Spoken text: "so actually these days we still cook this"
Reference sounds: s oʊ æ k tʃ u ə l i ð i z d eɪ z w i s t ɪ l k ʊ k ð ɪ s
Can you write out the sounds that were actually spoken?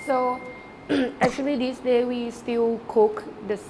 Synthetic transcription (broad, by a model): s oʊ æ k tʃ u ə l i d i s d eɪ w i s t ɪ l k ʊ k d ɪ s